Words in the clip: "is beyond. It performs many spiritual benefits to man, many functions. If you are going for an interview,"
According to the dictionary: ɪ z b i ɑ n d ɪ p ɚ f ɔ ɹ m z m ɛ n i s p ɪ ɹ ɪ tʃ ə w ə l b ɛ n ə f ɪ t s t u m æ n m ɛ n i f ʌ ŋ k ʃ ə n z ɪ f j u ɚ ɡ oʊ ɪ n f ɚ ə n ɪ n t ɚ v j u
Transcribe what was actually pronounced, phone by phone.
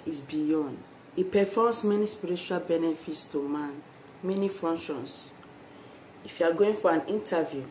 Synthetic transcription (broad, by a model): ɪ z b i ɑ n d ɪ p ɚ f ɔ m s m ɛ n i s p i ɹ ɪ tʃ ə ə l b ɛ n ə f ɪ t s t u m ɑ n m ɛ n i f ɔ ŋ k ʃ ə n s ɪ f j u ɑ ɡ oʊ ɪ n f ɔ ə n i n t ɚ v j u